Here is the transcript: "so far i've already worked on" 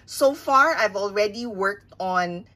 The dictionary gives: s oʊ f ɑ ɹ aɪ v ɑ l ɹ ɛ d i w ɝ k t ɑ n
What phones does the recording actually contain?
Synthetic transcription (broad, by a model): s oʊ f ɑ ɹ aɪ v ɑ l ɹ ɛ d i w ɝ k t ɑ n